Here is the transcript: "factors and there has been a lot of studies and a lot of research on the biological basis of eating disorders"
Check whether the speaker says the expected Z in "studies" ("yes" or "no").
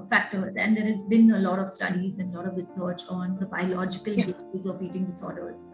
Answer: yes